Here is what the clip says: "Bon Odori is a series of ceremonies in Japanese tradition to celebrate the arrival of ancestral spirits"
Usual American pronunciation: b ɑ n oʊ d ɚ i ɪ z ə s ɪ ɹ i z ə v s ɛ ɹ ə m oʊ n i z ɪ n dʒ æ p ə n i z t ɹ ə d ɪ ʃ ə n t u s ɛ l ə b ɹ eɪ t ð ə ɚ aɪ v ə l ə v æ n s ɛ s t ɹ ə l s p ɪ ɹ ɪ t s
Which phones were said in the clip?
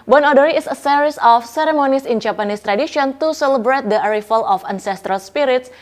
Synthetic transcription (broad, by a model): b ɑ n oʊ d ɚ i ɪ s ə s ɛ ɹ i s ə f s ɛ ɹ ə m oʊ n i s ɪ n dʒ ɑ p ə n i s t ɹ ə d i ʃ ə n t u s ɛ l ə b ɹ eɪ t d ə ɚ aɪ f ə l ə f æ n s ɛ s t ɹ ə l s p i ɹ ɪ t s